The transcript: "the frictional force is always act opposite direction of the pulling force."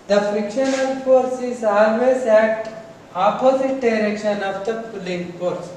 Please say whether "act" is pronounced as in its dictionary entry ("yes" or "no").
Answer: no